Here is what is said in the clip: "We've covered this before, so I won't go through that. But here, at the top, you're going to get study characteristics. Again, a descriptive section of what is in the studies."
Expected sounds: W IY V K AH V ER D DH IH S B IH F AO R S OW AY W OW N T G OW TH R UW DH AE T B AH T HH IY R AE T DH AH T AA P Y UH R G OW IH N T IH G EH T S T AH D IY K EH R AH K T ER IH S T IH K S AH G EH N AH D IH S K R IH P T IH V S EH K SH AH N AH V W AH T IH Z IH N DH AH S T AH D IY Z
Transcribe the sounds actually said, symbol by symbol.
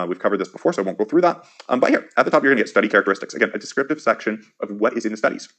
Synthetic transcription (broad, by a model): W IY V K AH V ER D DH IH S B IH F AO R S OW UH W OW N G OW TH R UW DH AE T B AH T HH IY R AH T DH AH T AA P Y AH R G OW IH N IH G EH T S T AH D IY K EH R AH K T ER IH S T IH K S AH G EH N AH D IH S K R IH P T IH V S EH K SH AH N AH V W AH T IH Z IH N DH AH S T AH D IY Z